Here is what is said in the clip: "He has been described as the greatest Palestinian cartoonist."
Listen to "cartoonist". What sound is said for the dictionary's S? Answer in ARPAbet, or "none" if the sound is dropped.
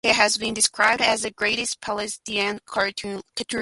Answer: none